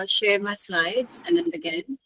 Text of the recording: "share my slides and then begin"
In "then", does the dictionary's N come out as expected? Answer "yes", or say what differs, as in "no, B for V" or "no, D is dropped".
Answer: yes